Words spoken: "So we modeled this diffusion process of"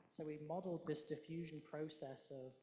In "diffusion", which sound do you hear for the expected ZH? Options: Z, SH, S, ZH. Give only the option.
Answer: ZH